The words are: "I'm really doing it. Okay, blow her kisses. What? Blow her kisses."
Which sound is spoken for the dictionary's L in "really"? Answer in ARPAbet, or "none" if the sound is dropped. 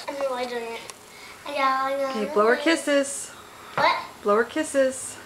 none